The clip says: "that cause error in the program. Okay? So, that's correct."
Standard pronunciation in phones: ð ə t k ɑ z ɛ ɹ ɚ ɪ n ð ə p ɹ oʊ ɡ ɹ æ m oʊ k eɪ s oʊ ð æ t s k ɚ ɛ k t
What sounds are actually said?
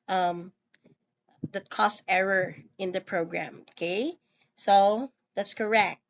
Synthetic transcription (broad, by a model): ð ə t k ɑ s ɛ ɹ ɚ ɪ n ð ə p ɹ oʊ ɡ ɹ æ m oʊ k eɪ s oʊ ð æ t s k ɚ ɛ k t